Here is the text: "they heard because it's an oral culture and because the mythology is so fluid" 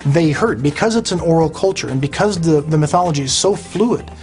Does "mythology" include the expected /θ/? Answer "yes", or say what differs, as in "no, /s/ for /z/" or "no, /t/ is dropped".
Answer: yes